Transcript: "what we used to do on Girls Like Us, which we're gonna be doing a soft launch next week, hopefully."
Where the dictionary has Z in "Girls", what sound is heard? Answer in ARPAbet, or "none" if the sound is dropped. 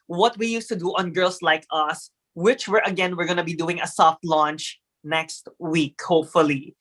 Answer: S